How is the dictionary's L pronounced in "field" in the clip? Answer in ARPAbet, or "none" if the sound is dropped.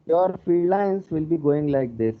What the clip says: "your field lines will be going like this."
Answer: none